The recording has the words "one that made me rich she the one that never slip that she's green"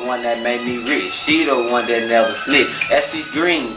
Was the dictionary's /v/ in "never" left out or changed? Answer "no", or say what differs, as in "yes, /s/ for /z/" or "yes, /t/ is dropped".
yes, /v/ is dropped